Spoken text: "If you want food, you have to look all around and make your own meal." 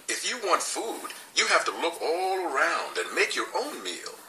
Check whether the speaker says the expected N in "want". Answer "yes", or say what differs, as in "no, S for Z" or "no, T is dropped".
yes